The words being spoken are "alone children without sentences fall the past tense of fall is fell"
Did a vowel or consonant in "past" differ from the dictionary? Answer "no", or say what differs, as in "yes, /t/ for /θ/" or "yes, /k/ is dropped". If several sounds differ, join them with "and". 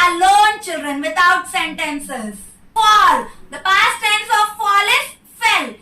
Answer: no